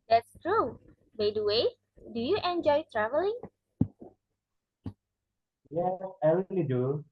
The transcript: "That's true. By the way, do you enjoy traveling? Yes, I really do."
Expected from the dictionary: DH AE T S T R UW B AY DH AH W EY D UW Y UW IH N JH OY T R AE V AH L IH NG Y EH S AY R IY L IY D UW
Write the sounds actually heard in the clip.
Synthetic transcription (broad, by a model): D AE T S T R UW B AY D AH W EY D UW Y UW IH N JH OY T R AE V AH L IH NG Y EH AY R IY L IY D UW